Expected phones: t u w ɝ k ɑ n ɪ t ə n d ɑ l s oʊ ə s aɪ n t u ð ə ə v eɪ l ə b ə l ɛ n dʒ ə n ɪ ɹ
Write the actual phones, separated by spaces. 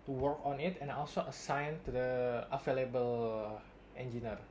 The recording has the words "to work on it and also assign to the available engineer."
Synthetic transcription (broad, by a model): t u w ɝ k ɑ n ɪ t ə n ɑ l s oʊ ə s aɪ n t u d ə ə f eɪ l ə b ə l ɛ n dʒ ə n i ɹ